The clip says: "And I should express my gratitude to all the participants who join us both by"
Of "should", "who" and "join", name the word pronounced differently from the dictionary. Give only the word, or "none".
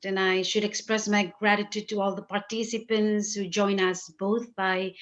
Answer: none